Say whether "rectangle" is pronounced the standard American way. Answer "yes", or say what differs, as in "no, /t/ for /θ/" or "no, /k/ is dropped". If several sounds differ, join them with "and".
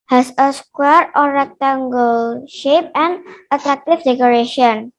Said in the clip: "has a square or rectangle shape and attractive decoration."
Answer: yes